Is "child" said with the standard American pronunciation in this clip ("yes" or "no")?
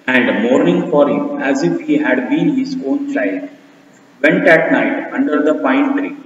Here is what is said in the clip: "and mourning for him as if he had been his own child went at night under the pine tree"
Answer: yes